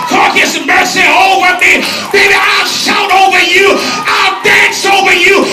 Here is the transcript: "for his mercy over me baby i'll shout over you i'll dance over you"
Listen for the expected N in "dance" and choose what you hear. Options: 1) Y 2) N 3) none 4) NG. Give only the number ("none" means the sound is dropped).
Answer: 2